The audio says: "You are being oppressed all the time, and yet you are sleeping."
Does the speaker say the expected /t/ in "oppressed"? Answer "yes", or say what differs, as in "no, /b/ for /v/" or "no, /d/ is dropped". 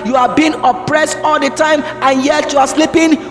yes